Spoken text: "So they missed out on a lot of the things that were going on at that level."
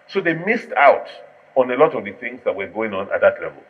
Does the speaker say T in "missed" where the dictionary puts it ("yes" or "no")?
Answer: yes